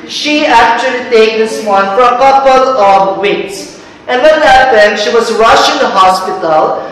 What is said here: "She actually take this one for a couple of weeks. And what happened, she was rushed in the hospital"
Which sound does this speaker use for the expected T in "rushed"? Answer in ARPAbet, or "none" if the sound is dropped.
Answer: none